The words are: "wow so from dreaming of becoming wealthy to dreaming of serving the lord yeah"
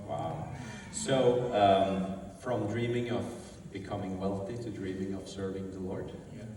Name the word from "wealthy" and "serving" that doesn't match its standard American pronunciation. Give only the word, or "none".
none